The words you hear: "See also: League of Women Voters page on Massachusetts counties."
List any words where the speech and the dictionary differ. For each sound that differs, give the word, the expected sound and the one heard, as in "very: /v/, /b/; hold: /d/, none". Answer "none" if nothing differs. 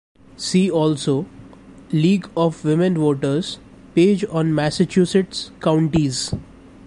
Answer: none